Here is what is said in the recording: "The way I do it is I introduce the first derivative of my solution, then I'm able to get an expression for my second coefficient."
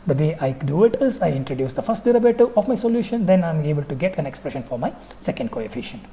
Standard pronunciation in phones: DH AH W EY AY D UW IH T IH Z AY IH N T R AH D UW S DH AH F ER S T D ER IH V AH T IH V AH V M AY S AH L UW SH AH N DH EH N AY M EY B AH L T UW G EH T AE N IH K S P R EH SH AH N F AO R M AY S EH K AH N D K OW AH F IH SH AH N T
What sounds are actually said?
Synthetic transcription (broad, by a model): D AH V EY AY D UW IH T IH Z AY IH N T R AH D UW S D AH F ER S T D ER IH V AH T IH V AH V M AY S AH L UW SH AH N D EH N AY M EY B AH L T UW G EH T AE N IH K S P R EH SH AH N F AO R M AY S EH K AH N D K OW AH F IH SH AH N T